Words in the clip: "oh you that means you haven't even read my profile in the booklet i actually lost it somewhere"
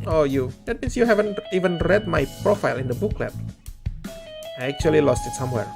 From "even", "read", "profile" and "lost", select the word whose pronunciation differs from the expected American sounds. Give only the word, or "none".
none